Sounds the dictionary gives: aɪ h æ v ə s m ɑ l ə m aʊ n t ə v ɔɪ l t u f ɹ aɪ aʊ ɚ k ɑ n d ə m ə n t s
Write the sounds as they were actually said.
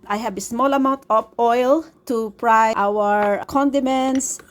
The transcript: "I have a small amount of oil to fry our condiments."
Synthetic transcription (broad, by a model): aɪ h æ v ə s m ɑ l ə m aʊ n t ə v ɔɪ l t u p ɹ aɪ aʊ ɚ k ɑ n d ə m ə n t s